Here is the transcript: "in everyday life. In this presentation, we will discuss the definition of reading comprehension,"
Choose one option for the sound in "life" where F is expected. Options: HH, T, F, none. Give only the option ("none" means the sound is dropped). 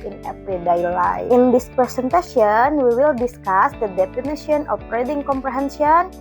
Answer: none